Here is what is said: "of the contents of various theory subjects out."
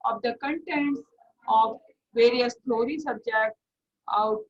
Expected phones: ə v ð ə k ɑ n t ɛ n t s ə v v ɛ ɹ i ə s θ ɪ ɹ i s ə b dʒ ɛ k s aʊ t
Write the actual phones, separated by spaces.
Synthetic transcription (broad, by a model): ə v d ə k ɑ n t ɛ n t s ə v v ɛ ɹ i ə s t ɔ ɹ i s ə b dʒ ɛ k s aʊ t